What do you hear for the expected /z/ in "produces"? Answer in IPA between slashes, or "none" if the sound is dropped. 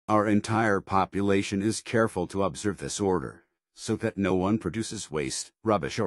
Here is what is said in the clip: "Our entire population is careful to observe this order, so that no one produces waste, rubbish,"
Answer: /z/